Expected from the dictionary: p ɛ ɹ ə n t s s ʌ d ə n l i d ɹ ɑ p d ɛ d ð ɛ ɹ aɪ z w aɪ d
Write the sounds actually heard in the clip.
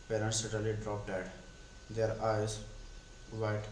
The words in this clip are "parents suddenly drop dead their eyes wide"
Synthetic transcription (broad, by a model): p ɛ ɹ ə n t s s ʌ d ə l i d ɹ ɑ p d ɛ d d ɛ ɹ aɪ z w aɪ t